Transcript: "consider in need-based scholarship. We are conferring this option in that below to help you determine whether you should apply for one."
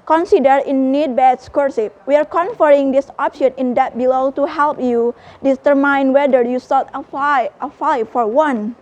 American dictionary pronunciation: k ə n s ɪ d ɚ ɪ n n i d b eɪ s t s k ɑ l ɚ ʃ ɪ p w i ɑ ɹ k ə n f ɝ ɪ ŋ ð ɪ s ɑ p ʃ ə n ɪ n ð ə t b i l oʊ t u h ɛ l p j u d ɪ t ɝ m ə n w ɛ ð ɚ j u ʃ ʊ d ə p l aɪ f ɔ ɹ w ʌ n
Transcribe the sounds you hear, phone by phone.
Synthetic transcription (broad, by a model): k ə n s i d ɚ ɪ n n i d b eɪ t s k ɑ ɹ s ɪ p w i ɑ ɹ k ə n f ɝ ɪ ŋ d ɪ s ɑ p ʃ ə n ɪ n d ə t b i l oʊ t u h ɛ l p j u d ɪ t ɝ m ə n w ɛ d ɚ j u s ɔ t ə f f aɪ f ɔ ɹ w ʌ n